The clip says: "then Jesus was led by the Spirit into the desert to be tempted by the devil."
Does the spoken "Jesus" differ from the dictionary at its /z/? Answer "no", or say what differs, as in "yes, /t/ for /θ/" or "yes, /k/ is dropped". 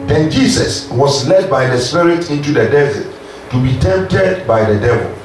yes, /s/ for /z/